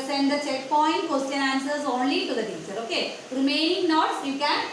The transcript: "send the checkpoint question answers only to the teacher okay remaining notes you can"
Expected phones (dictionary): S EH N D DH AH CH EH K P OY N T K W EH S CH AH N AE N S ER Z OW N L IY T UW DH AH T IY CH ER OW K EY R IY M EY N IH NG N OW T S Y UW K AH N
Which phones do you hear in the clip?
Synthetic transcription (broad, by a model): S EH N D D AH CH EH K P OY N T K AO S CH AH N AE N S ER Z OW N L IY T UW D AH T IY S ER OW K EY R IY M EY N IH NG N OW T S Y UW K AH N